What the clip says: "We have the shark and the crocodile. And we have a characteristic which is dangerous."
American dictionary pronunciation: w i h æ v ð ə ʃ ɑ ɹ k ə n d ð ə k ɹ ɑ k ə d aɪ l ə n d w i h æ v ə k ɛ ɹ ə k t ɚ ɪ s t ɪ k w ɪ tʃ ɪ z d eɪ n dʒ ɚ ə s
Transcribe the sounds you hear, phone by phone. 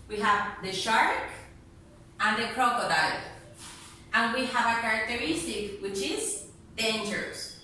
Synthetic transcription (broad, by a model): w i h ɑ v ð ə ʃ ɑ ɹ k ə n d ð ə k ɹ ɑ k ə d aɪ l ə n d w i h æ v ə k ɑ ɹ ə k t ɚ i s t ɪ k w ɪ tʃ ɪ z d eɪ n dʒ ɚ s